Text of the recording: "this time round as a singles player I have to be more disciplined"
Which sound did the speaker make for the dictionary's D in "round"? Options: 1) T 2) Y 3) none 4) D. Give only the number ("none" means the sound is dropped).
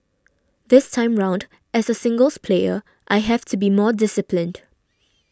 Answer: 4